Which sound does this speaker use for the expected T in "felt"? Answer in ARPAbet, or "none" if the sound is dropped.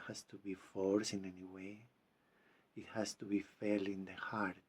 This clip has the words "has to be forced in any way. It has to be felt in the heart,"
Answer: none